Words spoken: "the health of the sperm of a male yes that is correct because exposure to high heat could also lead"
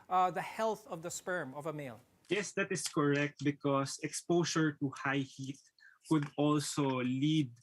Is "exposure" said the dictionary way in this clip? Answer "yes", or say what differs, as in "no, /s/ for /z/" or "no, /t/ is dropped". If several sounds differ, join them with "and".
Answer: no, /s/ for /ʒ/